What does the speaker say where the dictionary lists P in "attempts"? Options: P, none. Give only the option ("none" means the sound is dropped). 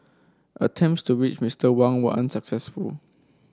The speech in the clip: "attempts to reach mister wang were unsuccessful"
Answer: P